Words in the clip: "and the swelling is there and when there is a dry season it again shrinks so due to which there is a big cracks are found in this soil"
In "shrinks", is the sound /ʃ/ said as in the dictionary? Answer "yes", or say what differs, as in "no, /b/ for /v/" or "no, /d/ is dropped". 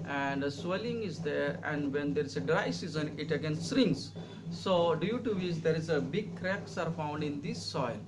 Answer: no, /s/ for /ʃ/